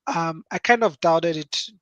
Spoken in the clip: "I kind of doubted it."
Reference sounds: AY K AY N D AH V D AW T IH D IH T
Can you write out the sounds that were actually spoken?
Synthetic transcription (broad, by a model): AY K AY N D AH V D AW T IH D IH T